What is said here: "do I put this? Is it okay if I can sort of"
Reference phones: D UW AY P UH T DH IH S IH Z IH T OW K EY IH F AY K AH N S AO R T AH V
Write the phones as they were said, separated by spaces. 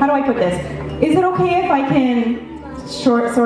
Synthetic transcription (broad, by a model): D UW AY P UH T DH IH S IH Z IH T OW K EY IH F AY K AH N SH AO R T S